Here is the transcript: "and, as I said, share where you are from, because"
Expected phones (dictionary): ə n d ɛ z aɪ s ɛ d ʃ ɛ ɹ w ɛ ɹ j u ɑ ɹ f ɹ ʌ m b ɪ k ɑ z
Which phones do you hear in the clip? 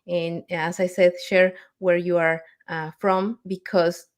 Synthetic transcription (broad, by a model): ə n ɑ s aɪ s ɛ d ʃ ɛ ɹ w ɛ ɹ j u ɑ ɹ f ɹ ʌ m b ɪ k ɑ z